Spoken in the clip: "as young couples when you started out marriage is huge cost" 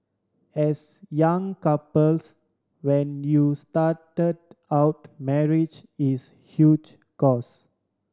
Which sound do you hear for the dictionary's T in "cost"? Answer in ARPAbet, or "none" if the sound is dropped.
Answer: none